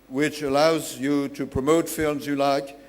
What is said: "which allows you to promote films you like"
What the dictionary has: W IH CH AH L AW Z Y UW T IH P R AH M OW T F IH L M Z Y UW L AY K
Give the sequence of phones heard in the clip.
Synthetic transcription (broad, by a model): W IH CH AH L AW Z Y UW T IH P R AH M OW T F IH L M Z Y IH L AY K